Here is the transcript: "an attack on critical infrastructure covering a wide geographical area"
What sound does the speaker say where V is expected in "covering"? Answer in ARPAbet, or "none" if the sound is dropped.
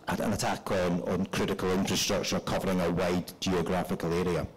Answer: V